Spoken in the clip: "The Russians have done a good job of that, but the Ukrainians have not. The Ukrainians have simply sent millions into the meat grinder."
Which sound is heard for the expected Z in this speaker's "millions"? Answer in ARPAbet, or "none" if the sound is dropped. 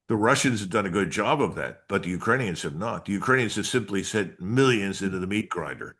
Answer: Z